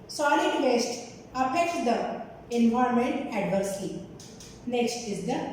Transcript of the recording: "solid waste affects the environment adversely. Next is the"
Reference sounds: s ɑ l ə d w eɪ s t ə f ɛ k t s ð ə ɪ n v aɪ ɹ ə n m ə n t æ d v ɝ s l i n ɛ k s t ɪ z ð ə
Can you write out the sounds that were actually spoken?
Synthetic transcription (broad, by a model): s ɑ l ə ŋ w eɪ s t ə p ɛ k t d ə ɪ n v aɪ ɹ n m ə n t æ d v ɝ s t i n ɛ k s t ɪ z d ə